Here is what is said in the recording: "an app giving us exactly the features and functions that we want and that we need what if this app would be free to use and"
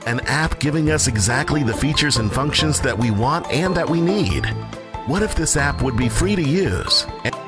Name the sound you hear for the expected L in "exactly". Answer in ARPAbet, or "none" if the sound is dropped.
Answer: L